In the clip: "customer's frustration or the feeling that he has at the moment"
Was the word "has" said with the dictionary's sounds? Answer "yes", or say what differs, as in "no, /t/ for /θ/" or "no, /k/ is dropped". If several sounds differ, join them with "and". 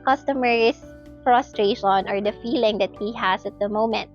no, /s/ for /z/